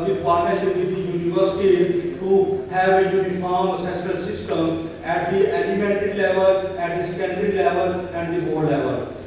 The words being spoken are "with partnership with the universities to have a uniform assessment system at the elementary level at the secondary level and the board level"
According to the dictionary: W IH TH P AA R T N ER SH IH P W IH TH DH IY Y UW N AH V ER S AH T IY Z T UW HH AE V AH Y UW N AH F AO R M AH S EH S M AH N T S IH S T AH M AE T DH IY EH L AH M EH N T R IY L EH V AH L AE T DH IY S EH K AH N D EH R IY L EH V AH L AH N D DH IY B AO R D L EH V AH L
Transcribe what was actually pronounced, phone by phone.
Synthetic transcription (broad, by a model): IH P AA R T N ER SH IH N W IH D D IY Y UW N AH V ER S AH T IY T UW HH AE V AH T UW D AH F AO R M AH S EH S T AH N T S IH S T AH M AE T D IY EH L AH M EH T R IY L EH V AH L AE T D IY S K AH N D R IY L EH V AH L AH N D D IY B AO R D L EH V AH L